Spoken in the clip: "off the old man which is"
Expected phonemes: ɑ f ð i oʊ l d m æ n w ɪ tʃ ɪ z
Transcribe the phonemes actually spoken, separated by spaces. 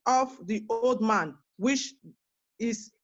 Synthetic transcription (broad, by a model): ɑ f ð i oʊ l d m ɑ n w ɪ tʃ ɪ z